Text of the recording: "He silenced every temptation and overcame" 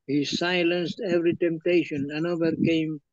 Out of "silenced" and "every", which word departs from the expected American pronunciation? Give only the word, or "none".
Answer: none